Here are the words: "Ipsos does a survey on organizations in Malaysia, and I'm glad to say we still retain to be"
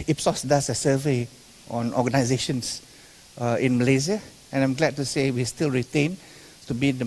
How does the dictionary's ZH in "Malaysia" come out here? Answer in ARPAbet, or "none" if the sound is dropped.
Z